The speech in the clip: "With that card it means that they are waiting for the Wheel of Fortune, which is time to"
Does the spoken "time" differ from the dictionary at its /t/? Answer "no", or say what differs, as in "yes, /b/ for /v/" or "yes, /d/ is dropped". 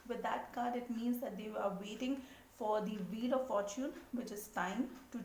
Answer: no